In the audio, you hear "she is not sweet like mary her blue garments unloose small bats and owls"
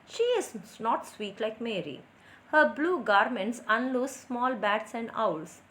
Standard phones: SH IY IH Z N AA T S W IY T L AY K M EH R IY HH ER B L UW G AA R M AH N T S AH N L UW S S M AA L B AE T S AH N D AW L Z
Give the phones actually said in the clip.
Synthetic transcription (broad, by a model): SH IY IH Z N AA T S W IY T L AY K M EH R IY HH ER B L UW G AA R M AH N T S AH N L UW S S M AA L B AE T S AH N D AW L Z